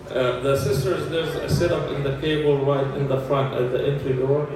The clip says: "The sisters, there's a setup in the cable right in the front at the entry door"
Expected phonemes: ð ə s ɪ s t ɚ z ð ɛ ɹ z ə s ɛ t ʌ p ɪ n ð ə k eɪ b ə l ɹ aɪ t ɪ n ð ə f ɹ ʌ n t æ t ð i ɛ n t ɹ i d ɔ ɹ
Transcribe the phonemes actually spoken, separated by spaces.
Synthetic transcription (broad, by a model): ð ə s ɪ s t ɚ z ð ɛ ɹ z ə s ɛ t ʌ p ɪ n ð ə k eɪ b ə l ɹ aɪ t ɪ n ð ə f ɹ ʌ n t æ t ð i ɛ n t ɹ i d ɔ ɹ